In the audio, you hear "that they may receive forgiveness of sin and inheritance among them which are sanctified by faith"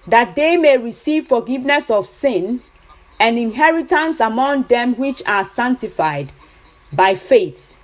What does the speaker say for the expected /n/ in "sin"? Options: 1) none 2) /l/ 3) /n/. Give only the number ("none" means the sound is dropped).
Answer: 3